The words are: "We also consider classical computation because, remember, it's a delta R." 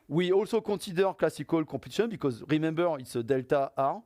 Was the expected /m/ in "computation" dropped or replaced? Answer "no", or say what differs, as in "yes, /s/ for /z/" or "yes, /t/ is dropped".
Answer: yes, /m/ is dropped